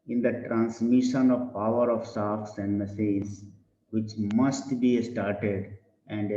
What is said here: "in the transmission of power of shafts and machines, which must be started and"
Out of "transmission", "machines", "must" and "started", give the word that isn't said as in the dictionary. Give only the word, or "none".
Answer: machines